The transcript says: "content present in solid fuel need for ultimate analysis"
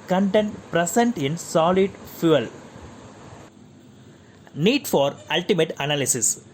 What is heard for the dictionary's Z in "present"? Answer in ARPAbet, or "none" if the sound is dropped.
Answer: S